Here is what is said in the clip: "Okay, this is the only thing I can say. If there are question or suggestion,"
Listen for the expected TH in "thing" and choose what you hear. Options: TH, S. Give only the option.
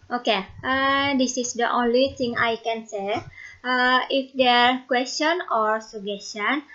S